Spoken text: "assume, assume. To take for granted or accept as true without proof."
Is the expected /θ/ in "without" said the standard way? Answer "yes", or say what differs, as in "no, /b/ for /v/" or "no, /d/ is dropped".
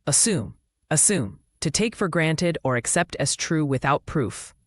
yes